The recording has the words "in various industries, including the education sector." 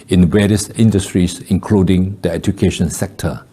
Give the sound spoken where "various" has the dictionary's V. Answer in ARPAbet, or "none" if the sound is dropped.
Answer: W